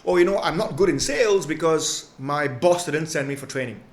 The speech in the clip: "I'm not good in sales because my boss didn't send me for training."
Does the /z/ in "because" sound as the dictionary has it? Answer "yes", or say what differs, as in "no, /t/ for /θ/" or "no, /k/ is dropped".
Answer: yes